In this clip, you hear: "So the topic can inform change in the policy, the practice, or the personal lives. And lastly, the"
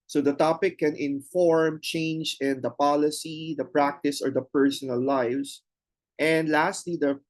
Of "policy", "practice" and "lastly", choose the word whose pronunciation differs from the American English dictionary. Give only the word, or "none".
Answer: none